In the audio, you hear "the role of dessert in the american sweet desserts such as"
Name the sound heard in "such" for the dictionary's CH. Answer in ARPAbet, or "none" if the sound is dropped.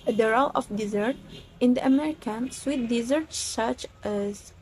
CH